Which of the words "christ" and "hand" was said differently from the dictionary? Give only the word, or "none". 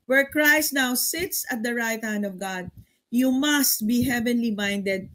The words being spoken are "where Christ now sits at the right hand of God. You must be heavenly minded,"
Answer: none